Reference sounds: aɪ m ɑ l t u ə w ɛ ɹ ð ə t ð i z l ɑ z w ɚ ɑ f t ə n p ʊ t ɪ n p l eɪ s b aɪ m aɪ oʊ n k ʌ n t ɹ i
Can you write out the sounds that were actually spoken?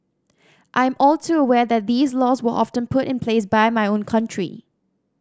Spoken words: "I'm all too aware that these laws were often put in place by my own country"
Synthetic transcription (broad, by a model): aɪ m ɑ l s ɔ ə w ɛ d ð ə t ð i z l ɑ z w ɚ ɑ f t ə n p ʊ t ɪ n p l eɪ s b aɪ m aɪ oʊ n k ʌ n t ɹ i